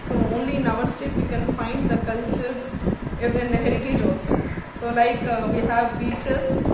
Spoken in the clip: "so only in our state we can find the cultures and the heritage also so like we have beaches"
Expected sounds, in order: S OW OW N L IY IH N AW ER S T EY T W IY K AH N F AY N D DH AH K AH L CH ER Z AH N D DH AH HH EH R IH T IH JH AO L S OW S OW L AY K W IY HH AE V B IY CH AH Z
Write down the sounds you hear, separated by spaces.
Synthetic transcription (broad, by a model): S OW OW N L IY N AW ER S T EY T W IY K AH N F AY N D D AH K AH L CH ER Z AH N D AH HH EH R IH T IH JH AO S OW S OW L AY K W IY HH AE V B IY CH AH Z